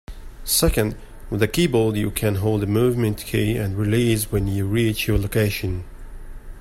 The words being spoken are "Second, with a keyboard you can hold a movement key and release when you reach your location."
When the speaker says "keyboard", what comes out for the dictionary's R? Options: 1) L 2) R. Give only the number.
1